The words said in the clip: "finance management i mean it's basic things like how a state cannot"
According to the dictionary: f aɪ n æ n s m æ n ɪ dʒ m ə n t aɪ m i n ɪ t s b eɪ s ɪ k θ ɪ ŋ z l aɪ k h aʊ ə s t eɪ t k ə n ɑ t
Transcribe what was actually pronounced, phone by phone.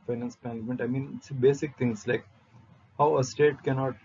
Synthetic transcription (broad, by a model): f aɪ n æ n s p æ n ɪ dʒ m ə n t aɪ m i n ɪ t s b eɪ s ɪ k t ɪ ŋ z l aɪ k h aʊ ə s t eɪ t k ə n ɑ t